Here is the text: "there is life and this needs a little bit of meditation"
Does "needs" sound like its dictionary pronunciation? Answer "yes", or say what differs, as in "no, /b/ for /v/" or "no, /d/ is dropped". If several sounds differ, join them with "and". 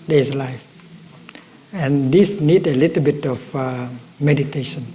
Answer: no, /z/ is dropped